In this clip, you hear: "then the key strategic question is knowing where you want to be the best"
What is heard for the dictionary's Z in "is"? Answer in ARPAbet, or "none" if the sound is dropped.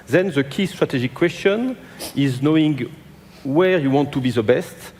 Z